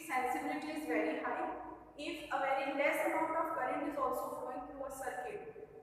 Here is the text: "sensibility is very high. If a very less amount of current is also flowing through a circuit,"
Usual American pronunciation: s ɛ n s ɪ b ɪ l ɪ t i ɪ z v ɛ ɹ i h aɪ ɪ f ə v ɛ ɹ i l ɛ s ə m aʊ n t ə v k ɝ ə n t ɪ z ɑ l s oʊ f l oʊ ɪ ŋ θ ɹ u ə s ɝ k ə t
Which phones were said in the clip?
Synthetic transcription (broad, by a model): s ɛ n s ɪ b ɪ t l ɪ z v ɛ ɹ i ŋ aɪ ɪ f ə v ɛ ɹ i l ɛ s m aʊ t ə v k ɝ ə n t ɪ z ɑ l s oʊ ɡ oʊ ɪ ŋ t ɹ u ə s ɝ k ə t